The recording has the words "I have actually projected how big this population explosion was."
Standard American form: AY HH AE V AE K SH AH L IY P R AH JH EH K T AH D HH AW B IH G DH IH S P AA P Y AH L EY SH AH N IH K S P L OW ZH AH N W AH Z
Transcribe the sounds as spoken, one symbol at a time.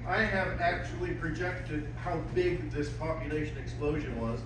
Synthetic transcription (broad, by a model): AY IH V AE K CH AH L IY P R AH JH EH K T AH D HH AW B IH G DH IH S P AA P Y AH L EY SH AH N IH K S P L OW ZH AH N W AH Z